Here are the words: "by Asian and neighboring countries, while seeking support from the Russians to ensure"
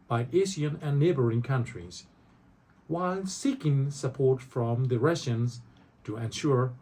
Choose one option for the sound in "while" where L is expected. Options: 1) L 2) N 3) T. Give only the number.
1